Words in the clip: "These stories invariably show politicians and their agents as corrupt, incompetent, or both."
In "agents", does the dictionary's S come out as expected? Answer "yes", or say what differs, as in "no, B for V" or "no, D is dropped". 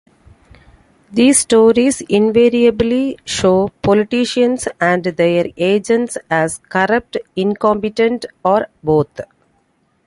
yes